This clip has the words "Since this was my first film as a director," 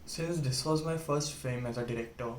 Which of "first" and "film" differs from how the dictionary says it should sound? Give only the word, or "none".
film